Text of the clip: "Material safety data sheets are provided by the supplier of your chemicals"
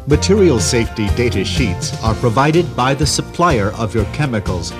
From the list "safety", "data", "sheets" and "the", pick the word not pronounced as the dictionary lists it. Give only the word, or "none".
none